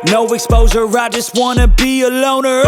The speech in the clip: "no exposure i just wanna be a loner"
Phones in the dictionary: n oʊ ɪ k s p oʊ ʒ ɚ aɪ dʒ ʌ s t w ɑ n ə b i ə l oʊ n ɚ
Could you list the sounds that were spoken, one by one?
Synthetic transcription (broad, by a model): n oʊ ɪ k s p oʊ z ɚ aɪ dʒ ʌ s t w ɑ n ə b i ə l oʊ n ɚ